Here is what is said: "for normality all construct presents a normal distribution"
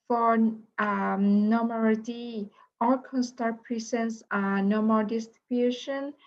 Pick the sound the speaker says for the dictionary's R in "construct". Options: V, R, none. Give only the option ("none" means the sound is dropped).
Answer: none